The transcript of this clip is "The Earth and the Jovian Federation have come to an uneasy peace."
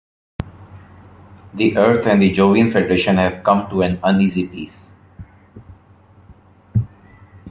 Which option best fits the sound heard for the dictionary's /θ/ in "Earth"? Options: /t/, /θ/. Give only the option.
/t/